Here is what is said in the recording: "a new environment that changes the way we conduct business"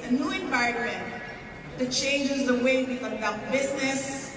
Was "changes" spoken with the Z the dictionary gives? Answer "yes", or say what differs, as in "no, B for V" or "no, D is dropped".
yes